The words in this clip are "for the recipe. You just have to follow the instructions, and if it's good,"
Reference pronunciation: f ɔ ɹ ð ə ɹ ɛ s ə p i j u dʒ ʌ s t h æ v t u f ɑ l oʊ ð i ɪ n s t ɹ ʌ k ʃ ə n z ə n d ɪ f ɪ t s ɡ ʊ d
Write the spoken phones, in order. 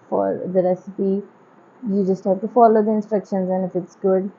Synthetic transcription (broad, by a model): f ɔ ɹ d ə ɹ ɛ s ə p i j u dʒ ʌ s t h æ v t u f ɑ l oʊ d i ɪ n s t ɹ ʌ k ʃ ə n z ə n ɪ f ɪ t s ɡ ʊ d